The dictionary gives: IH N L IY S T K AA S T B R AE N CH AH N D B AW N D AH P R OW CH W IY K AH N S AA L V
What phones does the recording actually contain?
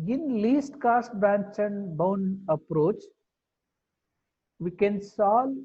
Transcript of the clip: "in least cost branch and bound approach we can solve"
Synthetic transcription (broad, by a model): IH N L IY S T K AA S T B AE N CH AH N D B AW N D AH P R OW CH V IY K AH N S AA L